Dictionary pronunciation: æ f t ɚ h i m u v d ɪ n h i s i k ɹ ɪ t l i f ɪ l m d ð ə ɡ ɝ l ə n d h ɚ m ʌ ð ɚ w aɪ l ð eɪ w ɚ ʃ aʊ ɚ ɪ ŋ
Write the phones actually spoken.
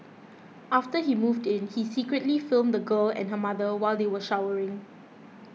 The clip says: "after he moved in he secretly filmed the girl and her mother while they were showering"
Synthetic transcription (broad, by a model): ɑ f t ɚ h i m u v d ɪ n h i s i k ɹ ɪ t l i f ɪ l m d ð ə ɡ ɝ l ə n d h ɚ m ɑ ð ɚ w aɪ l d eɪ w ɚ ʃ aʊ ɚ ɪ ŋ